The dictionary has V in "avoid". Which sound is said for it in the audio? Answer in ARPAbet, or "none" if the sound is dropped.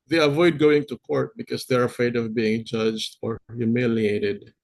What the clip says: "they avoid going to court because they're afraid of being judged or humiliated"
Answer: V